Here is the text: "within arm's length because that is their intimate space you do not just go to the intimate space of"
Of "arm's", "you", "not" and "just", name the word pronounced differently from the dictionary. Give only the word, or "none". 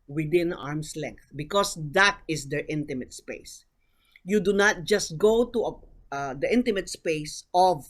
arm's